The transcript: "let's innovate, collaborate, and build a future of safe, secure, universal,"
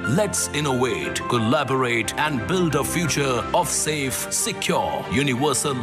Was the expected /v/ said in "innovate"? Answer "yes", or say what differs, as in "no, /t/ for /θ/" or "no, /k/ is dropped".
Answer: no, /w/ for /v/